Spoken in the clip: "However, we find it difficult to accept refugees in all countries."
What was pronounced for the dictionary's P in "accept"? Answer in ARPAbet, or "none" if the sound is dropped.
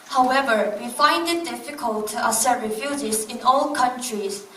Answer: none